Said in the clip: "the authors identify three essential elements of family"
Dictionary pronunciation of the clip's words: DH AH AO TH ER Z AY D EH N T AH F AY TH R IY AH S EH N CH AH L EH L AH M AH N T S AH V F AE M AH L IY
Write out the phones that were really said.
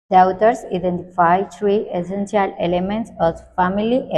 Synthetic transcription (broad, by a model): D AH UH T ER S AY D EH N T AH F AY T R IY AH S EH N S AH L EH L AH M AH N T S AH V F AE M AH L IY